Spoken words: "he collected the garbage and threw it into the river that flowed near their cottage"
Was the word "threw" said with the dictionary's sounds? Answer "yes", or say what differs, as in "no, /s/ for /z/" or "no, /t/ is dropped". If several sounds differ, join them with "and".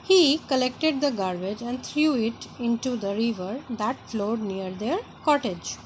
no, /t/ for /θ/